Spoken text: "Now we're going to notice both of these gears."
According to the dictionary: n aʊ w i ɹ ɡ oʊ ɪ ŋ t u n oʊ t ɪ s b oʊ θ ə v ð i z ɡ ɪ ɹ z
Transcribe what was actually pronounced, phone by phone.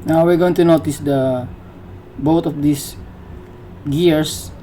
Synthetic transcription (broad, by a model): n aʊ w i ɹ ɡ oʊ ɪ ŋ t u n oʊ t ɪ s b oʊ t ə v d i s ɡ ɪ ɹ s